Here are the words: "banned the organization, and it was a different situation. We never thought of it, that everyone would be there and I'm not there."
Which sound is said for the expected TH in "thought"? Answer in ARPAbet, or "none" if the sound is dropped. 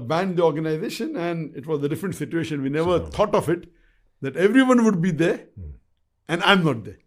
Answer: T